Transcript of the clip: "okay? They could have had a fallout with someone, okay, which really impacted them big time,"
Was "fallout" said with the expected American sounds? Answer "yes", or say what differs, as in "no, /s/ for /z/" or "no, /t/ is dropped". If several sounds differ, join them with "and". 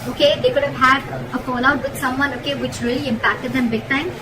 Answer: no, /n/ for /l/